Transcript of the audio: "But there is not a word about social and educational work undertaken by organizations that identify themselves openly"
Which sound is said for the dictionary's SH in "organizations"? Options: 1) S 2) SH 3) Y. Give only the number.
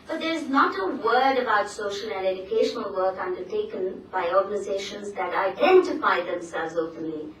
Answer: 2